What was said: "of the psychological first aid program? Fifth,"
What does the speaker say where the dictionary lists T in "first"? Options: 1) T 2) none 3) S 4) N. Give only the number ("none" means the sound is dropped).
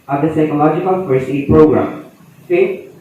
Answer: 2